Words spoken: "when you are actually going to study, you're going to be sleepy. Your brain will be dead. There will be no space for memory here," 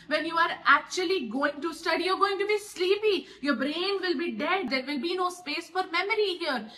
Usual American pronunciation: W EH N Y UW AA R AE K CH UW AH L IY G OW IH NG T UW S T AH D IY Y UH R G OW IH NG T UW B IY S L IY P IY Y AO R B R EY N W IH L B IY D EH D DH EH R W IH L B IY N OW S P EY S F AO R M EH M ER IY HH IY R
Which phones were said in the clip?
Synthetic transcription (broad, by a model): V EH N Y UW AA R AE K CH UW AH L IY G OW IH NG T UW S T AH D IY Y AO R G OW IH NG T UW B IY S L IY P IY Y AO R B R EY N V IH L B IY D EH D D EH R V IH L B IY N OW S P EY S F AO R M EH M ER IY HH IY R